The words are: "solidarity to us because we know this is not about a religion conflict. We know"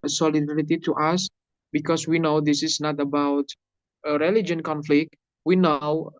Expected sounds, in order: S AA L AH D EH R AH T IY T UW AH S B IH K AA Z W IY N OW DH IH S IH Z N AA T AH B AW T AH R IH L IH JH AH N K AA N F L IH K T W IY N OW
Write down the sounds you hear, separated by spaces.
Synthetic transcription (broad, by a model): S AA L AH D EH R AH T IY T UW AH S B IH K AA S W IY N OW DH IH S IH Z N AA T AH B AW T AH R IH L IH JH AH N K AA N F L IH K T W IY N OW